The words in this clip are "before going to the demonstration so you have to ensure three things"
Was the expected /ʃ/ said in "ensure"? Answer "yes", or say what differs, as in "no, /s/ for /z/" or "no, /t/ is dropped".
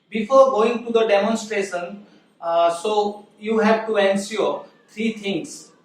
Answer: no, /s/ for /ʃ/